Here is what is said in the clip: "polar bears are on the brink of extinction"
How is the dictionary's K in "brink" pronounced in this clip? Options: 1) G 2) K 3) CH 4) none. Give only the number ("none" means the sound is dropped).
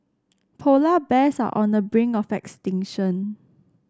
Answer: 4